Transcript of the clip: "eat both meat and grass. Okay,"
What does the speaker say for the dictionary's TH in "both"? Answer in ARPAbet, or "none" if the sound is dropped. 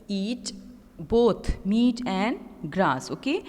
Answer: T